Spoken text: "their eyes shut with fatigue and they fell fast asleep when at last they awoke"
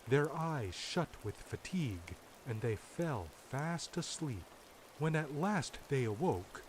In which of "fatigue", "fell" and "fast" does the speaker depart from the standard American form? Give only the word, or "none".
none